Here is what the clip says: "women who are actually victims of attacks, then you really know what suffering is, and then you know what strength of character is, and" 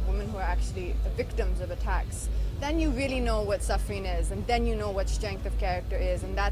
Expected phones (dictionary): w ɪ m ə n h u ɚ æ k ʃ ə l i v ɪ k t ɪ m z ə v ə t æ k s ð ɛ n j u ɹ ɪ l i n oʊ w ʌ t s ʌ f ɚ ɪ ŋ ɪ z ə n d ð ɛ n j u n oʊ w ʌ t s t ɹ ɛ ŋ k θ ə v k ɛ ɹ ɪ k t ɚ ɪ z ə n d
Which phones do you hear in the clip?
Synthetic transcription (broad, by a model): w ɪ m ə n h u ɚ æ k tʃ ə l i v ɪ k t ɪ m z ə v ə t æ k s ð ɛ n j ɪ ɹ ɪ l i n oʊ w ʌ t s ʌ f ɚ ɪ ŋ ɪ z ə n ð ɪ n j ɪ n oʊ w ʌ t s t ɹ ɛ ŋ k θ ə v k ɛ ɹ ɪ k t ɚ ɪ z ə n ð